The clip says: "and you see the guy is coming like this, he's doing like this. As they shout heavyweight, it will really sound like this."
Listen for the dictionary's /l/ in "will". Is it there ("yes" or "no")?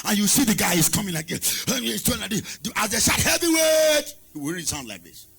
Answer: no